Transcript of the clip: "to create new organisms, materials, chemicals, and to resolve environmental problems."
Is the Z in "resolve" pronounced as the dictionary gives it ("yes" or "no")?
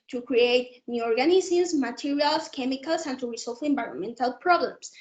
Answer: no